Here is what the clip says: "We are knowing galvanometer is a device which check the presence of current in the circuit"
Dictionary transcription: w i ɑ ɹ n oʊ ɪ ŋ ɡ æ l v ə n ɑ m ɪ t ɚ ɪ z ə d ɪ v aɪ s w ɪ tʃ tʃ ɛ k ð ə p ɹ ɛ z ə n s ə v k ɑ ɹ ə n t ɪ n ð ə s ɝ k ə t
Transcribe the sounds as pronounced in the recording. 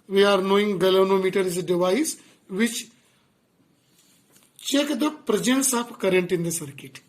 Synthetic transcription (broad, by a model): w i ɑ ɹ n oʊ ɪ ŋ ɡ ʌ l ə n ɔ m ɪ t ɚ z d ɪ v aɪ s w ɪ tʃ tʃ ɛ k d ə p ɹ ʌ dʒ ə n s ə p k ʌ ɹ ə n t ɪ n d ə s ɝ k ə t